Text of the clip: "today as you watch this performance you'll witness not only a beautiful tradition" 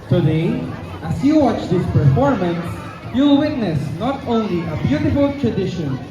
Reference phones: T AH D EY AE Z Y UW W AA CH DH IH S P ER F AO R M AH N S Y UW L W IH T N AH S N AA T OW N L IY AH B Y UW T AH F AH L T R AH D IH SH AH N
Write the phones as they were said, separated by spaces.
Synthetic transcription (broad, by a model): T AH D EY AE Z Y UW W AA CH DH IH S P ER F AO R M AH N S Y UW L W IH T N AH S N AA T OW N L IY AH B Y UW T AH F AH L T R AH D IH SH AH N